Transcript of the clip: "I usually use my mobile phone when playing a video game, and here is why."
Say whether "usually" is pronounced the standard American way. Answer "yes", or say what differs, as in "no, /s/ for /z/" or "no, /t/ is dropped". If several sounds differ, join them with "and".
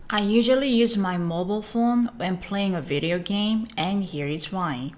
yes